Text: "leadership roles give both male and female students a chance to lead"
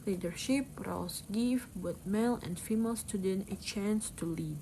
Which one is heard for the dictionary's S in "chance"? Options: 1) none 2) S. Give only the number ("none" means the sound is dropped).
2